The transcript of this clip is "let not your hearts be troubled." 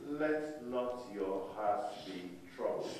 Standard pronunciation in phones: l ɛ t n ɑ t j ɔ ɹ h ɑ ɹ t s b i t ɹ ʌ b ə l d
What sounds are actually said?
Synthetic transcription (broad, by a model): l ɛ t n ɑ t j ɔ h ɑ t b i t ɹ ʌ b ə